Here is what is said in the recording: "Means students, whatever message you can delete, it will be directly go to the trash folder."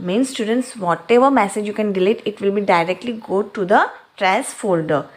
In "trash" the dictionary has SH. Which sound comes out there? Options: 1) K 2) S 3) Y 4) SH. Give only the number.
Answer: 2